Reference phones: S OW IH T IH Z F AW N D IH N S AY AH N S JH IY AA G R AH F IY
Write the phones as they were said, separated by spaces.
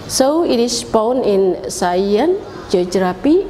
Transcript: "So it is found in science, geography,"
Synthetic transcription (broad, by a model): S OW IH T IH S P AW N IH N S AY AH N JH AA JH R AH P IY